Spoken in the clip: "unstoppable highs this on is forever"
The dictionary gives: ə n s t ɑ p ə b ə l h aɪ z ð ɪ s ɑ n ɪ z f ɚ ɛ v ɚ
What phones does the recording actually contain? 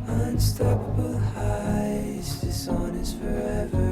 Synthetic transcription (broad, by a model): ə n s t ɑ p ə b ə l h aɪ z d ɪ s ɑ n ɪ s f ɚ ɛ v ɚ